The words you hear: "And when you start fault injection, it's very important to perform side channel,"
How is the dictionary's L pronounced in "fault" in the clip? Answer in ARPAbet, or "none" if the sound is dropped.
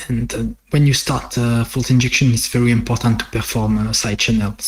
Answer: L